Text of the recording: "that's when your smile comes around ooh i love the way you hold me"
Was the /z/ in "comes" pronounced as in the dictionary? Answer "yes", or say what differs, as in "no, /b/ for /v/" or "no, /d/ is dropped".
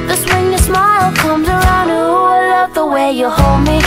yes